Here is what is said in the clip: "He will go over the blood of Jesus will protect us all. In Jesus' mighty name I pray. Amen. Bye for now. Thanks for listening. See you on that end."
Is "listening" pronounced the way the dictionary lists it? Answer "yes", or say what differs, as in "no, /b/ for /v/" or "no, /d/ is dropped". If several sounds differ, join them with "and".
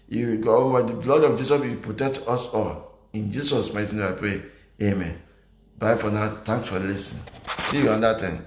no, /n/ is dropped